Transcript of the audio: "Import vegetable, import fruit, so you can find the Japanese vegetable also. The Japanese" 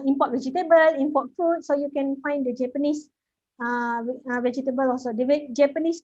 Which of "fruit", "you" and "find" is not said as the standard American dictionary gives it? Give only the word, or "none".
fruit